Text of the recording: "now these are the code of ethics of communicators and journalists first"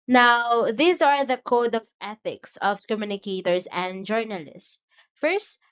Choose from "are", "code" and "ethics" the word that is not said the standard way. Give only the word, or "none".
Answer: none